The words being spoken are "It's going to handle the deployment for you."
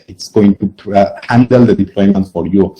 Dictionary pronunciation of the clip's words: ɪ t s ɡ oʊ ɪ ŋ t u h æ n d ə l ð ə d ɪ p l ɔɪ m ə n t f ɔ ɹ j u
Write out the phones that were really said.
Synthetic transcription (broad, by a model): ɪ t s ɡ oʊ ɪ ŋ t u h æ n d ə l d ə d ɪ p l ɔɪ m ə n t f ɔ ɹ j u